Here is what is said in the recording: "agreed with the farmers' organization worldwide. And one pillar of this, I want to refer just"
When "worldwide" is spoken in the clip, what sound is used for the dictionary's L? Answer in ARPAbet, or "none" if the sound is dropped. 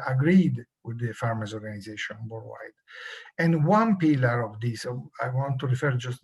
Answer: none